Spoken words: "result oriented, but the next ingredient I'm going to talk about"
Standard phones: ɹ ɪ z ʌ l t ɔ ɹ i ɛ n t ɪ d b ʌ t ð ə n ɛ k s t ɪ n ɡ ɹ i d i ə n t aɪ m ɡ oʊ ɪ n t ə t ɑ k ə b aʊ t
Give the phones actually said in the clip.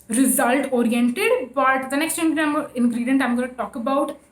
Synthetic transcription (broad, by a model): ɹ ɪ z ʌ l t ɔ ɹ i ɛ n t ɪ d b ʌ t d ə n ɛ k s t ɪ n ɡ ɹ i d i ə n t aɪ m ɡ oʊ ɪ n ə t ɑ k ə b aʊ t